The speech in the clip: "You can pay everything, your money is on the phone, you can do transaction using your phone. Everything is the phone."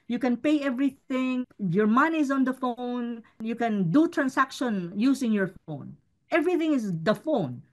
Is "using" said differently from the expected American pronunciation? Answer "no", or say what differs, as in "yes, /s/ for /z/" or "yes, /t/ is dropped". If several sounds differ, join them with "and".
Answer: yes, /s/ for /z/